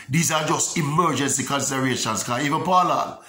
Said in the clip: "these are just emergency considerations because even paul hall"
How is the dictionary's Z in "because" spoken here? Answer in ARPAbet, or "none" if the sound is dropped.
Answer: none